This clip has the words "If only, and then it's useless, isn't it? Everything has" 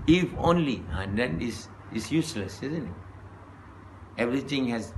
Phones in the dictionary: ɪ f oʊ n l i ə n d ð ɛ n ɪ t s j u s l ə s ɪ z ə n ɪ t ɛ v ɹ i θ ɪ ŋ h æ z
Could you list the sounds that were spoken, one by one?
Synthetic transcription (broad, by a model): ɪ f oʊ n l i ə n d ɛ n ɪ s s j u s l ə s ɪ z ə n ɪ t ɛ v ɹ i t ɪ ŋ h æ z